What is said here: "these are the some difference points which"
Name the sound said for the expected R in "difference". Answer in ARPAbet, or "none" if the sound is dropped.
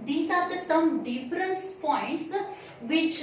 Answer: R